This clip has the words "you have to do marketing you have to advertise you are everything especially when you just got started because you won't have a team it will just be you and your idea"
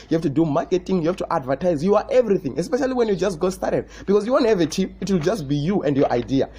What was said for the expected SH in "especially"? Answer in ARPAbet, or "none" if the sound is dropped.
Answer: SH